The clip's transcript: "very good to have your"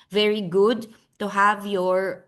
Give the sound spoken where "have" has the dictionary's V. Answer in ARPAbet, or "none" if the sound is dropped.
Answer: V